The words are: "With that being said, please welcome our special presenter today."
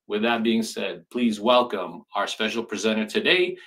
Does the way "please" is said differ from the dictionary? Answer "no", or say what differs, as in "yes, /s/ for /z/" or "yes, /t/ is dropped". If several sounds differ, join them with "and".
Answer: no